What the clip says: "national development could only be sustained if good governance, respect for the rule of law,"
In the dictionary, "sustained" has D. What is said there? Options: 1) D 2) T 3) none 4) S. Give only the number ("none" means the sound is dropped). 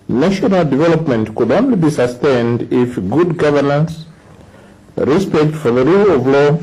1